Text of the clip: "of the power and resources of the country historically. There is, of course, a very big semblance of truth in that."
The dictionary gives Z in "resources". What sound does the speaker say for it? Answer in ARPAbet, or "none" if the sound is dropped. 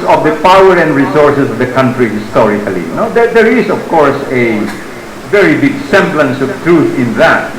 S